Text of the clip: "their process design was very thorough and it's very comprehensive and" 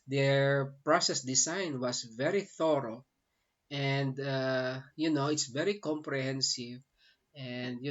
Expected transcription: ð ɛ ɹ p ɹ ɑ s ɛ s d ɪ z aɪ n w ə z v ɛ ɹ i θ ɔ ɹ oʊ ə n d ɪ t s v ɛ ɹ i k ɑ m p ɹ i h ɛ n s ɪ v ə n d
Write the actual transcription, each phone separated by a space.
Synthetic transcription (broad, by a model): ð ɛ ɹ p ɹ ɑ s ɛ s d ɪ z aɪ n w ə s v ɛ ɹ i θ ɔ ɹ oʊ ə n d ɪ t s v ɛ ɹ i k ɑ m p ɹ i h ɛ n s ɪ v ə n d